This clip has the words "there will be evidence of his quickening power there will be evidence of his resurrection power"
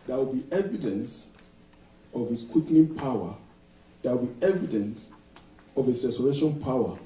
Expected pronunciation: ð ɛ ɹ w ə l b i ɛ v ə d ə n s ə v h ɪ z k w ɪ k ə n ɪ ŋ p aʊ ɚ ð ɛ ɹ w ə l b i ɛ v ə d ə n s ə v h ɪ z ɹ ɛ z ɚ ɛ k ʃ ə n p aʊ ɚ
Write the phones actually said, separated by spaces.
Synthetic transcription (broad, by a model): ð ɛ w ə l b i ɛ v ə d ə n s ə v h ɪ s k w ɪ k n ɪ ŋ p aʊ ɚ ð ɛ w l b i ɛ v ə d ə n s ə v h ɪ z ɹ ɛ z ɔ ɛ ʃ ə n p aʊ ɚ